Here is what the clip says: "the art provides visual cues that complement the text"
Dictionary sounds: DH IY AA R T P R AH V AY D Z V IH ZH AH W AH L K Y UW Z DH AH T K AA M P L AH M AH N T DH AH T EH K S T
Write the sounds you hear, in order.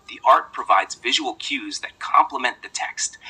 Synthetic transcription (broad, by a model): DH IY AA R T P R AH V AY D Z V IH ZH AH W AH L K Y UW Z DH AH T K AA M P L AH M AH N DH AH T EH K S T